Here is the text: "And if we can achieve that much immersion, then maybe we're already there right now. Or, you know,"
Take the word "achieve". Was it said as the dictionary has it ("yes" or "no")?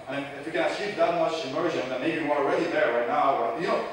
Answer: no